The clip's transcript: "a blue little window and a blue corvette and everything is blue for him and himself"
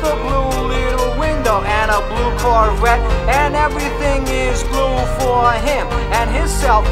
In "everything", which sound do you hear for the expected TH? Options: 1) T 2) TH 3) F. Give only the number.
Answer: 2